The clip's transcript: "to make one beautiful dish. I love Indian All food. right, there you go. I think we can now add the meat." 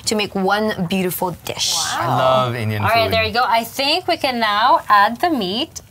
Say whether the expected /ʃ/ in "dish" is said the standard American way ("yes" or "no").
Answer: yes